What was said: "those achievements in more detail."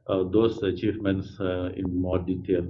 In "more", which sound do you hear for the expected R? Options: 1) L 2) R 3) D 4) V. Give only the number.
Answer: 2